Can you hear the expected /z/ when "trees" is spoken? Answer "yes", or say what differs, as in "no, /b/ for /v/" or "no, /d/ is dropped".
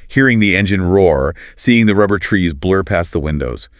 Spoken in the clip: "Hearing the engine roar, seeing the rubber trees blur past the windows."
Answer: yes